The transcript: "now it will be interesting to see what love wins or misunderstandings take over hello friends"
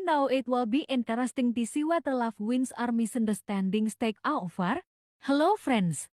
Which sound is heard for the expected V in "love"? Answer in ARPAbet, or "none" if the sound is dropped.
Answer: F